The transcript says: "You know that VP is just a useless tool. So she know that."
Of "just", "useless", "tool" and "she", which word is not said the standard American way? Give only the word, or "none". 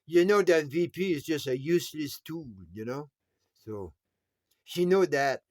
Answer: tool